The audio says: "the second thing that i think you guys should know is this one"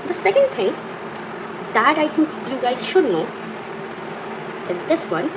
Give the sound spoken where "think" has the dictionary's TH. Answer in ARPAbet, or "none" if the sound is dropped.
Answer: T